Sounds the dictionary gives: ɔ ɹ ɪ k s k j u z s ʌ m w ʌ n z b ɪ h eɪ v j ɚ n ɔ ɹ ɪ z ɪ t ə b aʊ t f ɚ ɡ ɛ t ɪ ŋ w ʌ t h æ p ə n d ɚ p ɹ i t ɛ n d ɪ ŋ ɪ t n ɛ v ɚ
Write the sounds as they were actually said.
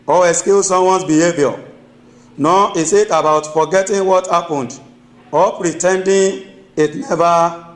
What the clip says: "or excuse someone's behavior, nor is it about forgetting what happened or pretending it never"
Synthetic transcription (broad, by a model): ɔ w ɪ s k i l s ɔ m w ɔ n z b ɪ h eɪ v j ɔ n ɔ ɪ s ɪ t ə b aʊ t f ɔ ɡ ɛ t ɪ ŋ w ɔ t h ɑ p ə n d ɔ p ɹ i t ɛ n d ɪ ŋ ɪ t n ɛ v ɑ